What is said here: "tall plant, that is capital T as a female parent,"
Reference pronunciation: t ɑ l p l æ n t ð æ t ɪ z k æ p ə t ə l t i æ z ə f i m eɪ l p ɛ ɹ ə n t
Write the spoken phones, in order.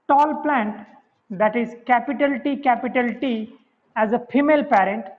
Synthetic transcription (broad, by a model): t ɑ l p l æ n t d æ t ɪ z k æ p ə t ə l t i æ z ə f i m eɪ l p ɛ ɹ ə n t